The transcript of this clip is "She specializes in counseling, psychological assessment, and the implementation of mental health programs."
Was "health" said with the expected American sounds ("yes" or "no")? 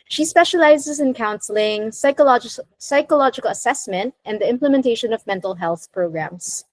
yes